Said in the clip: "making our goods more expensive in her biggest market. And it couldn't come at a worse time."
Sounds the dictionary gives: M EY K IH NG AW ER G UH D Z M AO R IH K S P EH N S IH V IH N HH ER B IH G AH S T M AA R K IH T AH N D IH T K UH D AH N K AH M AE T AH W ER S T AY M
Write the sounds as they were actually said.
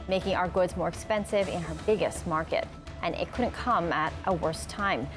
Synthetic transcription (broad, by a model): M EY K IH NG AW ER G UH D Z M AO R IH K S P EH N S IH V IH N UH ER B IH G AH S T M AA R K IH T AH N IH T K UH D N K AH M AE T AH W ER S T AY M